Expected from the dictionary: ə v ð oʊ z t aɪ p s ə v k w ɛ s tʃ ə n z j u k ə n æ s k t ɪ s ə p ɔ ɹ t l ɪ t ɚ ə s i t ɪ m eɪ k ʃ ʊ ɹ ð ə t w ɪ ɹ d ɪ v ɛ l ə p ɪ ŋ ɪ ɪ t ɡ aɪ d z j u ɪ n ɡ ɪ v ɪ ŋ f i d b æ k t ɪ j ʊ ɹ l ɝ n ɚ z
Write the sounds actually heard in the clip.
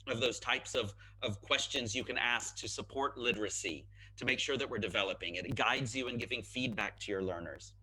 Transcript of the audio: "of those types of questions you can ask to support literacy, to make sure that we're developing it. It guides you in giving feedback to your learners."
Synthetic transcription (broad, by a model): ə v ð oʊ z t aɪ p s ə v k w ɛ s tʃ ə n z j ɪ k ə n æ s k t ɪ s ə p ɔ ɹ t l ɪ t ɚ ə s i t ɪ m eɪ k ʃ ʊ ɹ ð ə t w ɪ ɹ d ɪ v ɛ l ə p ɪ ŋ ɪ ɪ t ɡ aɪ d z j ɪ ɪ n ɡ ɪ v ɪ ŋ f i d b æ k t ɪ j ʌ ɹ l ɝ n ɚ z